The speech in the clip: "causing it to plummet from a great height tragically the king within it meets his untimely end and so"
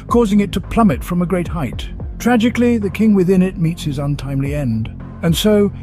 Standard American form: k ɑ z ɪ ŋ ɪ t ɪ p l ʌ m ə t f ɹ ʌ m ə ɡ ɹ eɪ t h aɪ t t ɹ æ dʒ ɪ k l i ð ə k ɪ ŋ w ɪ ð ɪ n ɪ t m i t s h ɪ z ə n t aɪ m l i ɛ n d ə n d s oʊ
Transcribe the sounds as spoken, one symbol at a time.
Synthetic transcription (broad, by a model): k ɑ z ɪ ŋ ɪ t ɪ p l ʌ m ə t f ɹ ʌ m ə ɡ ɹ eɪ t h aɪ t t ɹ æ dʒ ɪ k l i ð ə k ɪ ŋ w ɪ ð ɪ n ɪ t m i t s h ɪ z ə n t aɪ m l i ɛ n d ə n s oʊ